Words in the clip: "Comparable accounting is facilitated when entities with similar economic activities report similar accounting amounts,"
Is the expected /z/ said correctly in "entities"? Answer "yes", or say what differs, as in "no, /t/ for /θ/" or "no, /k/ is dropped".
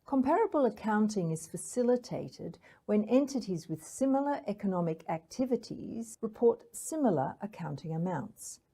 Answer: yes